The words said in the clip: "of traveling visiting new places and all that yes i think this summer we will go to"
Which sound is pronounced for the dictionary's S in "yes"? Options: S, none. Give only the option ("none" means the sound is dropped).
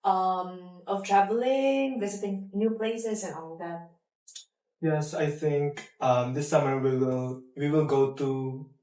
S